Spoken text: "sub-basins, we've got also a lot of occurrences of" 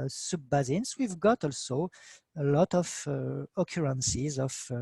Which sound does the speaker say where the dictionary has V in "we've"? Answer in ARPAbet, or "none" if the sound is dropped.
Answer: V